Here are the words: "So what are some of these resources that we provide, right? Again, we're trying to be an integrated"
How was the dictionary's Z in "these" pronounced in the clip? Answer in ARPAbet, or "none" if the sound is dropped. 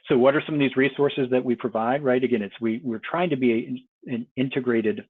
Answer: Z